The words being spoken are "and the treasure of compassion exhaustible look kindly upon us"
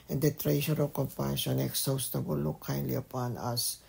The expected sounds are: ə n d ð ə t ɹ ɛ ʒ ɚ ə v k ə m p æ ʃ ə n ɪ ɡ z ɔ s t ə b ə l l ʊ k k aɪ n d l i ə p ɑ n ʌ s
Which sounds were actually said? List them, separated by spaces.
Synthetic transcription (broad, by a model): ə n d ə t ɹ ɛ ʃ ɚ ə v k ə m p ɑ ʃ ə n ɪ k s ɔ s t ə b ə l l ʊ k k aɪ n d l i ə p ɑ n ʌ s